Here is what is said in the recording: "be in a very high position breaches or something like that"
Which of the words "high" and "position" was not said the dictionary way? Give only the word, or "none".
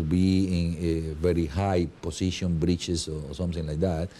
position